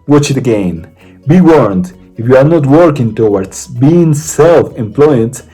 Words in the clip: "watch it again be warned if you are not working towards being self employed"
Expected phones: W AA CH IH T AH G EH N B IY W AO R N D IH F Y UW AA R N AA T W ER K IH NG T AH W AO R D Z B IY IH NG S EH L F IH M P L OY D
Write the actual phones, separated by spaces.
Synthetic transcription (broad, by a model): W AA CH IH T AH G EH N B IY W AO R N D IH F Y UW AA R N AA T W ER K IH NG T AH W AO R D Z B IY IH NG S EH L F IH M P L OY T